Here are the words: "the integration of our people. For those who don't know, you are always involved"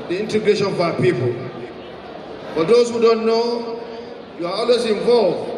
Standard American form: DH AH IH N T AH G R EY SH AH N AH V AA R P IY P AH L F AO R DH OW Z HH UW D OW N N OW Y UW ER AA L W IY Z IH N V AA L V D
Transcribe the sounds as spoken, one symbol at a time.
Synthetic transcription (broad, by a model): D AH IH N T AH G R EY SH AH N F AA P IY P AH L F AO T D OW S HH UW D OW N N OW Y UW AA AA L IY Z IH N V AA L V